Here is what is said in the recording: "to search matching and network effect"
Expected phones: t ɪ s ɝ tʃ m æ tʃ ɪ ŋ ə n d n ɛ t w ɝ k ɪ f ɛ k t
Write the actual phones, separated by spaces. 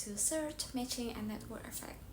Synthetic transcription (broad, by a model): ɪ s ɝ tʃ m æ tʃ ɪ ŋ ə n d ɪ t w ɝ ɪ f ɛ k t